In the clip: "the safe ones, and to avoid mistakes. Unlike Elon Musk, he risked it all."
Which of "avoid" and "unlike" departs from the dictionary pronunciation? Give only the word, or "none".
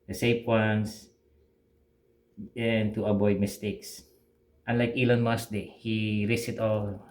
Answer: avoid